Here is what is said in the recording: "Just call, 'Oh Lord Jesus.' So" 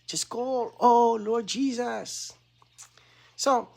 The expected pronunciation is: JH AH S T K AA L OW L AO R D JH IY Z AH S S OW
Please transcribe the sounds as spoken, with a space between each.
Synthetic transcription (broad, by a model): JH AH S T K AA L OW L AO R D JH IY Z AH S S OW